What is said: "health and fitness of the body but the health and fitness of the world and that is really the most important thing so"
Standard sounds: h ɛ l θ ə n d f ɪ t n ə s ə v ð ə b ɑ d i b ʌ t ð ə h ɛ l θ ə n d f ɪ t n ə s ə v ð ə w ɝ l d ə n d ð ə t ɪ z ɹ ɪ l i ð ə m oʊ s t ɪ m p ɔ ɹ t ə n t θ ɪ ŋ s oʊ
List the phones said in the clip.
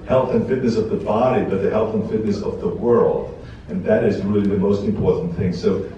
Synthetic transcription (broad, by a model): h ɛ l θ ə n f ɪ t n ə s ə v ð ə b ɑ d i b ʌ t ð ə h ɛ l θ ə n f ɪ t n ə s ə v ð ə w ɝ l d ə n ð ə t ɪ z ɹ ɪ l i ð ə m oʊ s t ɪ m p ɔ ɹ t n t θ ɪ ŋ s oʊ